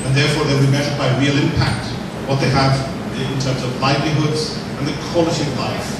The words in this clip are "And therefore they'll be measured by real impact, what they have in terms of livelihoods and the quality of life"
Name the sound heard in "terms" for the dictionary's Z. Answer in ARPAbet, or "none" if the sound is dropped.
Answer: Z